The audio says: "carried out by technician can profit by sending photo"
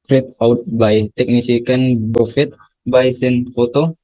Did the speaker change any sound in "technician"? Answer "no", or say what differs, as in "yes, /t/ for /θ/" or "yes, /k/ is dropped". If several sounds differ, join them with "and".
yes, /s/ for /ʃ/